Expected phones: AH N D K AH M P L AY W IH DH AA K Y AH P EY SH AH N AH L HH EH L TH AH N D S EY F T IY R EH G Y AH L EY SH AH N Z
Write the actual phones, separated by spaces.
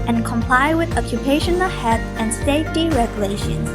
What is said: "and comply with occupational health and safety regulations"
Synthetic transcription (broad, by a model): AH N K AH M P L AY W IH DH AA K Y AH P EY SH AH N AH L HH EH TH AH N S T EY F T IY R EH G Y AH L EY SH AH N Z